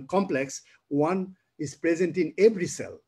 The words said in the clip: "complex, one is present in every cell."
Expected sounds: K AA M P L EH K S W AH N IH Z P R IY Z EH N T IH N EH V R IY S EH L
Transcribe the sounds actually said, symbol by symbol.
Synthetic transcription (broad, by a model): K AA M P L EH K S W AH N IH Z P R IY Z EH N T IH N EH B R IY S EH L